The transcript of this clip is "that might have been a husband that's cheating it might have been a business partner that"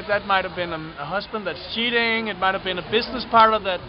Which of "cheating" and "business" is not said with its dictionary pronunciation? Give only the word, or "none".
none